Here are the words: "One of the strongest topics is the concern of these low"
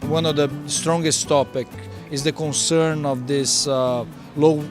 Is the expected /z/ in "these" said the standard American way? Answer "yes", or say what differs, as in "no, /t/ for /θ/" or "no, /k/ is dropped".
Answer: no, /s/ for /z/